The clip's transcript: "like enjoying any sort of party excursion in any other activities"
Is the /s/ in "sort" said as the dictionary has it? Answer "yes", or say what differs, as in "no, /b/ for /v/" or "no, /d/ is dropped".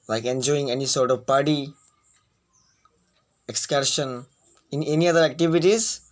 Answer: yes